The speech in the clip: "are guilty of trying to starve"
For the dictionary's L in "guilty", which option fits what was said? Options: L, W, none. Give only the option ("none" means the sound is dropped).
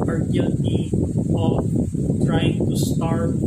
none